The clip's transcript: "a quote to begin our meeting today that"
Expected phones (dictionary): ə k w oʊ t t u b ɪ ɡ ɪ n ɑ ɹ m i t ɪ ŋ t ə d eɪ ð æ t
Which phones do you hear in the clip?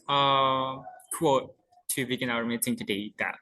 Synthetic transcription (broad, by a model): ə k w oʊ t t u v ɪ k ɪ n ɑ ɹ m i s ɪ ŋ t ə d eɪ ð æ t